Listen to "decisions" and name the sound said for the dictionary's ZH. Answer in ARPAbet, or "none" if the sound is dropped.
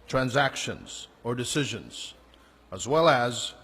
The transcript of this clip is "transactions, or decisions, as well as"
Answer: ZH